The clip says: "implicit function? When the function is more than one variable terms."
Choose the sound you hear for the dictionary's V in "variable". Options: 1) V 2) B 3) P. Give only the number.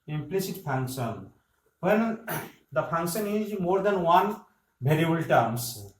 2